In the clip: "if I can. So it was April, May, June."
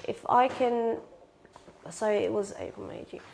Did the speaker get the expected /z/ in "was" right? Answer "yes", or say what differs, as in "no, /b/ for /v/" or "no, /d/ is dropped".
yes